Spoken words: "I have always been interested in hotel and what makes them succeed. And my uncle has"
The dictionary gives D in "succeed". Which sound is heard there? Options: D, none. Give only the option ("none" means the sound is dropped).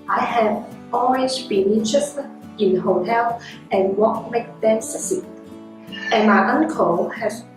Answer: none